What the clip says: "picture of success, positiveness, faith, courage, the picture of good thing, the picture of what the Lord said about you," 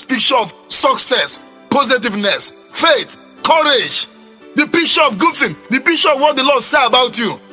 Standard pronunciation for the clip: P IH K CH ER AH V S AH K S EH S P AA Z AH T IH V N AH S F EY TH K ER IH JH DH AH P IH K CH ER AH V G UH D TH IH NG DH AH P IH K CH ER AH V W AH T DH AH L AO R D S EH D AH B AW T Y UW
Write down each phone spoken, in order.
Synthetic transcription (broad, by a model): P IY K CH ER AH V S AH K S EH S P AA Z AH T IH V N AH S F EY T K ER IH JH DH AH P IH K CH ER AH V G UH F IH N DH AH P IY K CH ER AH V W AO T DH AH L AO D S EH AH B AW T Y UW